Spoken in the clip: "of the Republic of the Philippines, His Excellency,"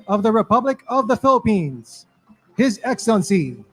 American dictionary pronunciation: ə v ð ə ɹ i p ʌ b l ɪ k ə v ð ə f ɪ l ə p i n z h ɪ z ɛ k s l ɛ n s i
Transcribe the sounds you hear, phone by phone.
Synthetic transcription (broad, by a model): ə v ð ə ɹ i p ʌ b l ɪ k ə v ð ə f ɪ l ə p i n z h ɪ z ɛ k s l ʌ n s i